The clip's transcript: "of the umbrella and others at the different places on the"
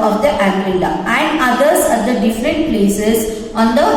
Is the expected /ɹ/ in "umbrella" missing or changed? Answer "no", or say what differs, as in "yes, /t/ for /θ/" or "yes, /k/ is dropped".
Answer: yes, /ɹ/ is dropped